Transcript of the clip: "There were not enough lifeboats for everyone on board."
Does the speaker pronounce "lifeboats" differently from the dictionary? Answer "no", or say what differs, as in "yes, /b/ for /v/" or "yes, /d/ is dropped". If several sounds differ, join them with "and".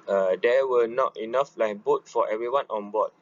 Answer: yes, /s/ is dropped